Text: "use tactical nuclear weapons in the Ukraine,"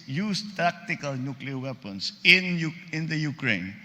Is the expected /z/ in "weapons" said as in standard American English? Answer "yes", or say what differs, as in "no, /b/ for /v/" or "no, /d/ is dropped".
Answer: no, /s/ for /z/